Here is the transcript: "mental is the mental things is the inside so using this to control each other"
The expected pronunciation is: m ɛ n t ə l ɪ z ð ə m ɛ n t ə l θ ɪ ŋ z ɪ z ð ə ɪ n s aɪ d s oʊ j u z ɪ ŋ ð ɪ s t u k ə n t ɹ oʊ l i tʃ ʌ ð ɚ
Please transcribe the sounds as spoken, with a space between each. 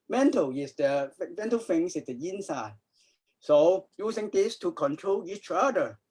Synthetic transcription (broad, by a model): m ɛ n t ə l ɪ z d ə m ɛ n t ə l f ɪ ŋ s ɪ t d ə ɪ n s aɪ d s oʊ j u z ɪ ŋ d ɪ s t u k ə n t ɹ oʊ l i tʃ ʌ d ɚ